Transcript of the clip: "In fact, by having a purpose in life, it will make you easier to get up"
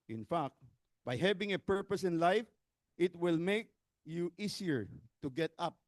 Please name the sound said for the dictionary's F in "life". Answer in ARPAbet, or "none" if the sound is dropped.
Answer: F